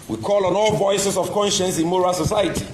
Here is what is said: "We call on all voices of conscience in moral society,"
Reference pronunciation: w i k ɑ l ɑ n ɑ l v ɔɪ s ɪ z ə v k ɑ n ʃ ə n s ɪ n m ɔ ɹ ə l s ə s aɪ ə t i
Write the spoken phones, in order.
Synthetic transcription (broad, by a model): w i k ɑ l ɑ n ɑ l v ɔɪ s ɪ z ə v k ɑ n ʃ ə n s ɪ n m ɔ ɹ ə l s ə s aɪ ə t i